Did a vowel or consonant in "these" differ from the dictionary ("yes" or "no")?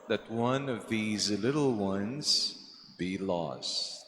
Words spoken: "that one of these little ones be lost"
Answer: no